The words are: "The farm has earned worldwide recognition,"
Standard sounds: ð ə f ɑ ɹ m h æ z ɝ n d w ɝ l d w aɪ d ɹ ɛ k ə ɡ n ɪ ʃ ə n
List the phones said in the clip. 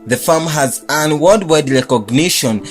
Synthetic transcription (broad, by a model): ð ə f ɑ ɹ m h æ z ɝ n w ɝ d w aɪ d ɹ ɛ k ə ɡ n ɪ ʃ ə n